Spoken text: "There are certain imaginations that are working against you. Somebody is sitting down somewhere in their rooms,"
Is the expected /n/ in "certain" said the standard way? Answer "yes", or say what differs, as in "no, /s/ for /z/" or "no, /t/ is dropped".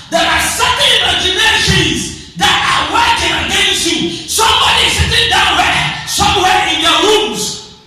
no, /n/ is dropped